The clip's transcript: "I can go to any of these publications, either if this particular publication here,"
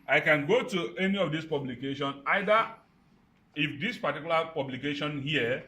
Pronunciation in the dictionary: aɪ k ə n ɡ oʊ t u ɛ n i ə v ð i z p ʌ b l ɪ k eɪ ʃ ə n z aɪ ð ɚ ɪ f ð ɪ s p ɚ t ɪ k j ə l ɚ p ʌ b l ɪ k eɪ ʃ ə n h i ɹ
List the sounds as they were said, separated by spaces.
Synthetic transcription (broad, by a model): aɪ k ə n ɡ oʊ t u ɛ n i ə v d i s p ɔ b l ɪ k eɪ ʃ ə n aɪ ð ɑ ɪ f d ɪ s p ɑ t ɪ k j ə l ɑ p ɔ b l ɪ k eɪ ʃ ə n h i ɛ